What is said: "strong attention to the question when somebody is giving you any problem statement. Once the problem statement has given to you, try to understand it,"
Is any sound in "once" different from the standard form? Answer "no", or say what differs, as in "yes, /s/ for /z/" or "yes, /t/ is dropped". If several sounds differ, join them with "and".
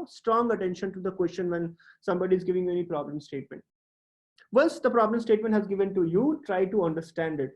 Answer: yes, /l/ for /n/